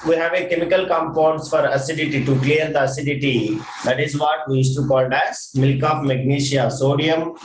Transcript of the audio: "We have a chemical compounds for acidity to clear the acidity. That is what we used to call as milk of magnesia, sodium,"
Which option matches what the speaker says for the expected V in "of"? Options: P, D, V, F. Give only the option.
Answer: P